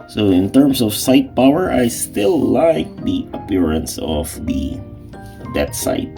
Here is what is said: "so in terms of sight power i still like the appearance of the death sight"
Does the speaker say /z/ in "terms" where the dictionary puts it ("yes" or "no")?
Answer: no